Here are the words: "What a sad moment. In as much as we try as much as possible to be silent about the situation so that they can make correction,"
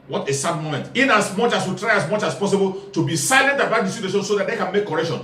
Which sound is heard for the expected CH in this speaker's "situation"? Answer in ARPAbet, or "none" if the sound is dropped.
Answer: S